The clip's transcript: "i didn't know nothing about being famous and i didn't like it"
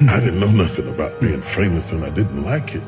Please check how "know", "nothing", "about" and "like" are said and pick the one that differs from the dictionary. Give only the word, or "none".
none